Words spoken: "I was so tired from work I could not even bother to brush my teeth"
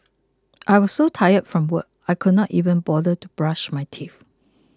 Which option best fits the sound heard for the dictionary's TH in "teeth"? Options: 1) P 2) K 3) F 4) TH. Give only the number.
3